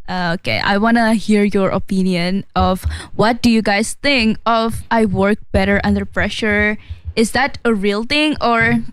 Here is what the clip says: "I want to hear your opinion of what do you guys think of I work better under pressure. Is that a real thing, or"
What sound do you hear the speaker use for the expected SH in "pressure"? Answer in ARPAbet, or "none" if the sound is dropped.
SH